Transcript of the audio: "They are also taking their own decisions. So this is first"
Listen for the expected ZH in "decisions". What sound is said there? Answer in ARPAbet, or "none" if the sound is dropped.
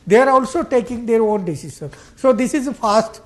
SH